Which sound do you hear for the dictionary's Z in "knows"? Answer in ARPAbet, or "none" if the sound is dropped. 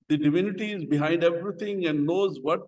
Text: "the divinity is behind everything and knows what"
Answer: Z